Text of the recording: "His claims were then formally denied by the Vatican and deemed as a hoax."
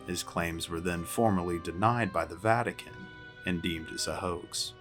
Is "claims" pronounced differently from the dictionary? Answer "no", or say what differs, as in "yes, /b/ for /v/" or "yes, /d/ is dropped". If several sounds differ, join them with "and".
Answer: no